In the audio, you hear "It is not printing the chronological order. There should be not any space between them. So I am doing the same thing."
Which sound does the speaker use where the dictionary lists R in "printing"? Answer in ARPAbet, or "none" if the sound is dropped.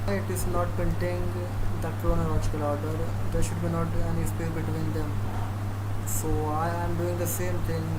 none